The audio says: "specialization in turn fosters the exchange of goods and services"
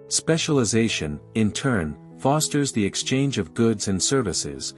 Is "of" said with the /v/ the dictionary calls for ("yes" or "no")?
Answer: yes